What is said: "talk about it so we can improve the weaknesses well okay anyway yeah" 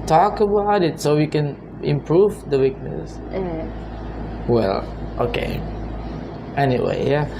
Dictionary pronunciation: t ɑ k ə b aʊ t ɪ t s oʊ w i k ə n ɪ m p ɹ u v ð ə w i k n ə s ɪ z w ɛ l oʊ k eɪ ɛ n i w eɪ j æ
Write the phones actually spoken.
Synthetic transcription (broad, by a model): t ɑ k ə b aʊ t ɪ t s oʊ w i k ə n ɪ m p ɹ u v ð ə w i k n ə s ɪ w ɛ l oʊ k eɪ ɛ n i w eɪ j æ